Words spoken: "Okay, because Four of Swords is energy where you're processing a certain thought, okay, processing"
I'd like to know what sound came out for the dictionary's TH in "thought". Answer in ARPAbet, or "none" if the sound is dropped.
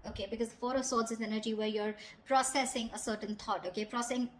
T